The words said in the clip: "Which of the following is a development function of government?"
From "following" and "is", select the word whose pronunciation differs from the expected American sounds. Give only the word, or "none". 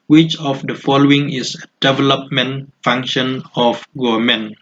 is